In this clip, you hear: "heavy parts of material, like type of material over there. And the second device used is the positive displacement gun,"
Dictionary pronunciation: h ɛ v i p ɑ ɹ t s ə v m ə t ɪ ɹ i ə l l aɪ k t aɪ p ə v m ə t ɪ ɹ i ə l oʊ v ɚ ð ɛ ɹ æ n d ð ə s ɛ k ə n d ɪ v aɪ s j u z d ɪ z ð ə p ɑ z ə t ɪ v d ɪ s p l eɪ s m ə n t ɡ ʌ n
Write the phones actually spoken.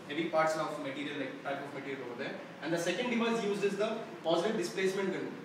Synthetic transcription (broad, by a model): h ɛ v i p ɑ ɹ t s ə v m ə t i ɹ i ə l l aɪ k t aɪ p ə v m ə t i ɹ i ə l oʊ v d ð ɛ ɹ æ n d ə s ɛ k ə n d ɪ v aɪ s j u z ɪ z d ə p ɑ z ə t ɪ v d ɪ s p l eɪ s m ə n t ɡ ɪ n